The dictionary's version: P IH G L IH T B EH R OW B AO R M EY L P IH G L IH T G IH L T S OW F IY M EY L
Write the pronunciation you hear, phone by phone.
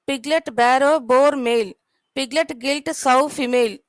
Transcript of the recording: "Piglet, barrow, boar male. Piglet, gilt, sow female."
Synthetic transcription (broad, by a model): P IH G L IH T B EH R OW B AO R M EY L P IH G L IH T G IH L T S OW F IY M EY L